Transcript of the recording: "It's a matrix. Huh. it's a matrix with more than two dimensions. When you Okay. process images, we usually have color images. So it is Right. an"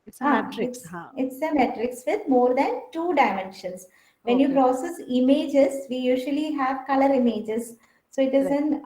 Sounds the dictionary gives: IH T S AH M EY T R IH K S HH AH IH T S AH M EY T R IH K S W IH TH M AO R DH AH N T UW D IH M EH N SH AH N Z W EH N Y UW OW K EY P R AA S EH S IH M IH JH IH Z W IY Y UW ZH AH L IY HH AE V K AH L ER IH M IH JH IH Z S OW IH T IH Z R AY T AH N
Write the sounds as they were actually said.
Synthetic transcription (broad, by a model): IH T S AH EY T R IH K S IH T S AH M EY T R IH K S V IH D M AO R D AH N T UW D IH M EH N SH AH N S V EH N Y UW P R AA S EH S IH M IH JH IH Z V IY Y UW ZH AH L IY HH AE V K AH L ER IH M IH JH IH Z S OW IH T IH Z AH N